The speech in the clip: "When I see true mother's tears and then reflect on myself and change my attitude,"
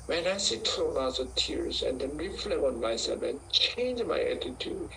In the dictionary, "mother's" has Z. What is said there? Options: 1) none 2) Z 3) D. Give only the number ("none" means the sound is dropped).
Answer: 1